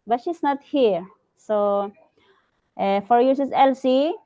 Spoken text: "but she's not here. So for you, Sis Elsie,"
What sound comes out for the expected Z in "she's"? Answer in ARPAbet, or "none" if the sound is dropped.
S